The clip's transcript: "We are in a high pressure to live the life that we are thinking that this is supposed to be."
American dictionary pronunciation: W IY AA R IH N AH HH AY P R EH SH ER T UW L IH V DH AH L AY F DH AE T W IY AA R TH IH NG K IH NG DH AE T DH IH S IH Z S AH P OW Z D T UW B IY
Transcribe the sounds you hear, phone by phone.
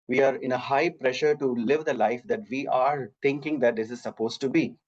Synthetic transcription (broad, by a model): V IY AA R IH N AH HH AY P R EH SH ER T UW L IH V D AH L AY F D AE T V IY AA R T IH NG K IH NG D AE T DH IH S IH Z S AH P OW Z T UW B IY